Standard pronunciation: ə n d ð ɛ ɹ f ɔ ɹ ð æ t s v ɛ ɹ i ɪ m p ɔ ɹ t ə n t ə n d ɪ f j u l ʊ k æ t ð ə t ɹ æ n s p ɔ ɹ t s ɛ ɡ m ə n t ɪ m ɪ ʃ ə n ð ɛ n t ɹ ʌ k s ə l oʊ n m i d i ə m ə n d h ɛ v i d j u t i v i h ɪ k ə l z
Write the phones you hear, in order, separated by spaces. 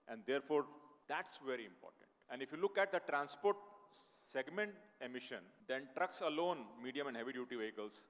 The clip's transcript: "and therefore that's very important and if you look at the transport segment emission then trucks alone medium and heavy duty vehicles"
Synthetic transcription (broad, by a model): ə n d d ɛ ɹ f ɔ ɹ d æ t s v ɛ ɹ i ɪ m p ɔ ɹ t ə n t ə n d ɪ f j u l ʊ k æ t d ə t ɹ æ n s p ɔ ɹ t s ɛ ɡ m ə n t ɪ m ɪ ʃ ə n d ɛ n t ɹ ʌ k s ə l oʊ n m i d i ə m ə n d h ɛ v i d j u t i v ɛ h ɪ k ə l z